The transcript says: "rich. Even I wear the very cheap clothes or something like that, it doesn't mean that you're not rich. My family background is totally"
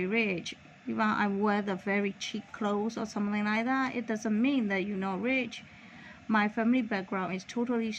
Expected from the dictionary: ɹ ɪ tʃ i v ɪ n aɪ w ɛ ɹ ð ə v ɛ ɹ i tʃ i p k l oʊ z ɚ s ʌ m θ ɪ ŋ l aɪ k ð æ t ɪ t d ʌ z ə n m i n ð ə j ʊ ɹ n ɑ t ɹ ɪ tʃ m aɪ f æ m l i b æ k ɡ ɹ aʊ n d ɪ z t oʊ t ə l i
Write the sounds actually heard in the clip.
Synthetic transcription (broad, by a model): ɹ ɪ tʃ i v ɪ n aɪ w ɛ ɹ ð ə v ɛ ɹ i tʃ i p k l oʊ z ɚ s ʌ m θ ɪ ŋ l aɪ k ð æ t ɪ t d ʌ z ə n m i n ð ə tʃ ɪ n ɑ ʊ ɹ ɪ tʃ m aɪ f æ m l i b æ k ɡ ɹ aʊ n d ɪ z t oʊ t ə l i